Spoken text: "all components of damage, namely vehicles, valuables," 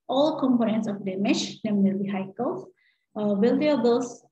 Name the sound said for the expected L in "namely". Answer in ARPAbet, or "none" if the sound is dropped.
N